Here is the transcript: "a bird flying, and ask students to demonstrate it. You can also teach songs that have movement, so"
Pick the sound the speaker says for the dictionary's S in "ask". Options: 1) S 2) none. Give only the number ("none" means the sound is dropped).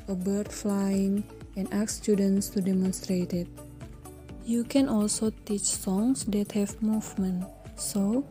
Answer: 2